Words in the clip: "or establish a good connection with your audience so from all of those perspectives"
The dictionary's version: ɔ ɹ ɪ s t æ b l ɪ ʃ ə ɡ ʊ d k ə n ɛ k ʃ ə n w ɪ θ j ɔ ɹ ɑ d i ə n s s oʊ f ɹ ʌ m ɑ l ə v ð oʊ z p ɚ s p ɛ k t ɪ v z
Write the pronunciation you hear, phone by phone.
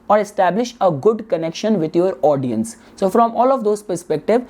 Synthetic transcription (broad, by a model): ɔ ɹ ɪ s t æ b l ɪ ʃ ə ɡ ʊ d k ə n ɛ k ʃ ə n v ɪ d j ɔ ɹ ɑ d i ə n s s oʊ f ɹ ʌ m ɑ l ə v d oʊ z p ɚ s p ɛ k t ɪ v